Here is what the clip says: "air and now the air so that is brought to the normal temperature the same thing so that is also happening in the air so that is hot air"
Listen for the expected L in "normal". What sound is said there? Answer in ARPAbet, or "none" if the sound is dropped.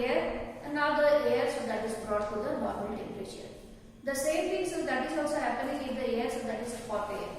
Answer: N